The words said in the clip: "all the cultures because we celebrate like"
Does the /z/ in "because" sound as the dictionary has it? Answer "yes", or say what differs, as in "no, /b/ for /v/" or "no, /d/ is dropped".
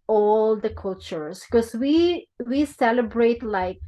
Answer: no, /z/ is dropped